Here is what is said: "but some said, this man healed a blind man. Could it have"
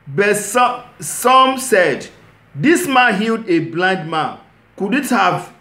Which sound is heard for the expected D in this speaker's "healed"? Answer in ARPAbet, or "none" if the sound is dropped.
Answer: D